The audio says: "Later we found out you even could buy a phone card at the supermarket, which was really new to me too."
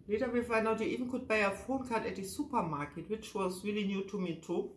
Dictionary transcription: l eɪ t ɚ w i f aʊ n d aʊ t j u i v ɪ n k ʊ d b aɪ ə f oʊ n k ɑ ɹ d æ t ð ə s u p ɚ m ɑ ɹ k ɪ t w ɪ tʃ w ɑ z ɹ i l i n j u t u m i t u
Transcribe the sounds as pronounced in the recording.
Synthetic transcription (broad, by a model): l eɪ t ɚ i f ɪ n aʊ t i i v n k ʊ d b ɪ ə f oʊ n k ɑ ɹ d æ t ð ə s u p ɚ m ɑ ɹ k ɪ t w ɪ tʃ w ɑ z ɹ i l i n j u t u m i t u